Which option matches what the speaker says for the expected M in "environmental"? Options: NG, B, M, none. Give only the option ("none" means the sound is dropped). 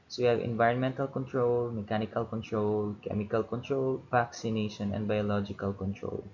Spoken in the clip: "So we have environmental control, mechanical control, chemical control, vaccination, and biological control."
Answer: M